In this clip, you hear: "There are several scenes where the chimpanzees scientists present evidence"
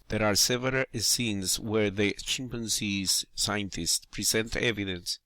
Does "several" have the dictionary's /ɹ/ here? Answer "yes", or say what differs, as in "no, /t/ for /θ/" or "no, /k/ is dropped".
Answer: no, /ɹ/ is dropped